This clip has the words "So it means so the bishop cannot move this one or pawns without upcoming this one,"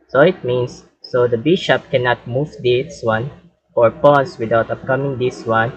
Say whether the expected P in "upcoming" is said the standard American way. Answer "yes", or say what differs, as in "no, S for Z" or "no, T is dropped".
yes